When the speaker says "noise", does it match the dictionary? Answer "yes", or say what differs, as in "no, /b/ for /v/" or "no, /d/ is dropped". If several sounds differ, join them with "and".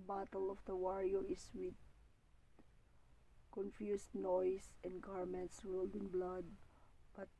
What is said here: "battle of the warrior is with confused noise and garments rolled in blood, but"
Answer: no, /s/ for /z/